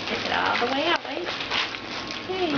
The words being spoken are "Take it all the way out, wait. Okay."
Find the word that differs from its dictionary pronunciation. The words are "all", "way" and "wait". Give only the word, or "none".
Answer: wait